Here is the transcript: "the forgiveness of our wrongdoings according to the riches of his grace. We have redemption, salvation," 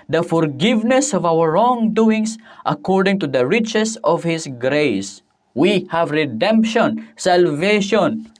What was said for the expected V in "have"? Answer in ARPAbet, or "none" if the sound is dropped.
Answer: V